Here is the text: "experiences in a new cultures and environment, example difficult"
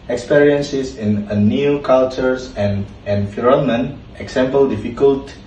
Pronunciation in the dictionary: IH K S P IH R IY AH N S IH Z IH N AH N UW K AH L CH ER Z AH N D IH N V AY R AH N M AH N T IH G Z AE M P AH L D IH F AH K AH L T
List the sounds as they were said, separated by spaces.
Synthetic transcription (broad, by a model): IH K S P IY R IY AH N S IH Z IH N AH N UW K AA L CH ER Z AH N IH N F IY R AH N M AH N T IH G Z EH M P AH L D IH F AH K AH L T